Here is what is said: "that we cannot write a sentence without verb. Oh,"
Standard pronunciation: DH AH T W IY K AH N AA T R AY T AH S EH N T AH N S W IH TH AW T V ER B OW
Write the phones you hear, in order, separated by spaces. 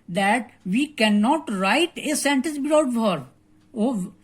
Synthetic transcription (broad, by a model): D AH T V IY K AH N AA T R AY T AH S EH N T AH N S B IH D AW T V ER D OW